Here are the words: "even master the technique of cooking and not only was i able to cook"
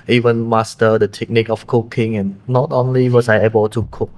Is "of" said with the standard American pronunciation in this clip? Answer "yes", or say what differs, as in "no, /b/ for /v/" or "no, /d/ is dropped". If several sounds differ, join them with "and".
no, /f/ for /v/